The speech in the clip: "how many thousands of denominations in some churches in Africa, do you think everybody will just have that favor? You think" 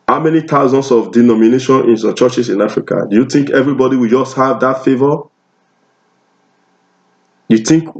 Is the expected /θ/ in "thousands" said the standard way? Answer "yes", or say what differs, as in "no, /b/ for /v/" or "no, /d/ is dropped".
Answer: no, /t/ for /θ/